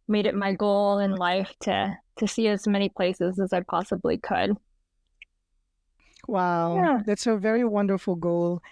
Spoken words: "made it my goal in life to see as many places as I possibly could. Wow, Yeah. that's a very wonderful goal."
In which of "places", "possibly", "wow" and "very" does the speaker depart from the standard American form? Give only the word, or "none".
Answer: none